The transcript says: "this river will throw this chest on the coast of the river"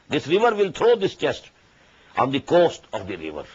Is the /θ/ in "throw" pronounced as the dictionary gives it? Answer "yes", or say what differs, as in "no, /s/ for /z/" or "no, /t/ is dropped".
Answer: no, /t/ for /θ/